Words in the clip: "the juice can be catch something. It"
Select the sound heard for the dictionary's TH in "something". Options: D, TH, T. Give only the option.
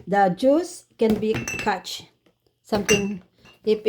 T